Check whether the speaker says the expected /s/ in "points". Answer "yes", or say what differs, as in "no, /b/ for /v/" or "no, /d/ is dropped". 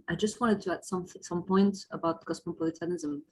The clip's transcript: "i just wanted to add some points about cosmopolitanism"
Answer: no, /s/ is dropped